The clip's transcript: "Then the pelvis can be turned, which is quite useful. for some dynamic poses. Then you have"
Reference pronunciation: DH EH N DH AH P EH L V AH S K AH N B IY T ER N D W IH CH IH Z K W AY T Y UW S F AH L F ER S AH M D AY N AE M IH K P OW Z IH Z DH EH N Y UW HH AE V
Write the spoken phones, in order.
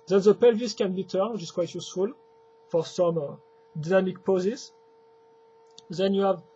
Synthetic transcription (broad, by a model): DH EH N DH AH P EH L V AH S K AH N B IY T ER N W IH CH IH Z K W AY T Y UW S F AH L F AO S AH M D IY N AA M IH K P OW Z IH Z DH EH N Y UW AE V